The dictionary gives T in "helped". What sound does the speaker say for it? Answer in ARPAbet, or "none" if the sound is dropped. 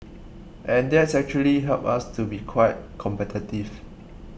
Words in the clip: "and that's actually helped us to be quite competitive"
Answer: none